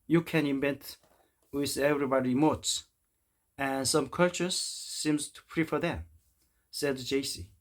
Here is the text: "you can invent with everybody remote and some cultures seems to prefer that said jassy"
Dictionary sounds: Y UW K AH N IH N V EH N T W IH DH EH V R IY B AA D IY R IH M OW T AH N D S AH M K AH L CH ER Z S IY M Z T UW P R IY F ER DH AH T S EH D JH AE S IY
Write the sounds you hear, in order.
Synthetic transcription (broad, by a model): Y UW K AH N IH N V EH N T W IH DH EH V R IY B AA D IY M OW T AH N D S AH M K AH L CH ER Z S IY M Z T UW P R IY F ER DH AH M S EH D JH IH S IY